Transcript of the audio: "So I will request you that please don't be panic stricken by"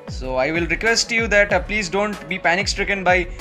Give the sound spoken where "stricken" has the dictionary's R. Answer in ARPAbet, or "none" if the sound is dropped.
R